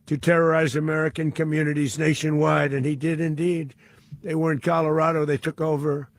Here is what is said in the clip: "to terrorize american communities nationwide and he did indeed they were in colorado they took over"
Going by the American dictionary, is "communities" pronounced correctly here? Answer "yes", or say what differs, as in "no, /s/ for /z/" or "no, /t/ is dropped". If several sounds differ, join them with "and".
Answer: yes